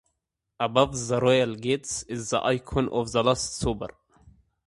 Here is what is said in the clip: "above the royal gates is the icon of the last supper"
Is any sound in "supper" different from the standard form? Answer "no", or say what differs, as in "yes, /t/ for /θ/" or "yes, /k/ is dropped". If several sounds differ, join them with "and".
yes, /b/ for /p/